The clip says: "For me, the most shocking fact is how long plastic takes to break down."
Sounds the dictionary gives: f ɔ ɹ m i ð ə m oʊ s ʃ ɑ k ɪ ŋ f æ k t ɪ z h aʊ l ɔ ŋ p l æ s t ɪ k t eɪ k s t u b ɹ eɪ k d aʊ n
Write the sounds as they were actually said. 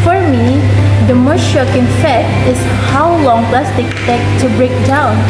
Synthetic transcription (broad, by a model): f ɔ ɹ m i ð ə m oʊ s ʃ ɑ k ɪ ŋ f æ t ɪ s h aʊ l ɔ ŋ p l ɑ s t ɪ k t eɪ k t u b ɹ eɪ k d aʊ n